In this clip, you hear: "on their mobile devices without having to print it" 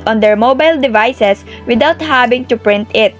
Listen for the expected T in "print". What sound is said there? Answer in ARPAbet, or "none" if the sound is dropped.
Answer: T